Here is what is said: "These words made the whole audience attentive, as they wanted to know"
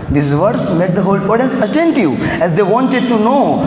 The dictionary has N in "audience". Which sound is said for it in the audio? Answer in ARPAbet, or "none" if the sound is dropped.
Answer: none